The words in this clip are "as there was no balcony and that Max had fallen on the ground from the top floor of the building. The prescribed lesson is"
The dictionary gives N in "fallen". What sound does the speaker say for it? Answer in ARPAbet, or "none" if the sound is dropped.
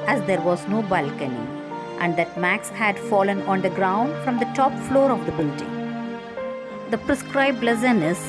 N